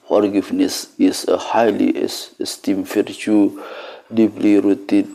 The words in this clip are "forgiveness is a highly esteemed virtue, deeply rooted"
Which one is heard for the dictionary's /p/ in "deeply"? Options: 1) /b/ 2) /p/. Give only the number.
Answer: 1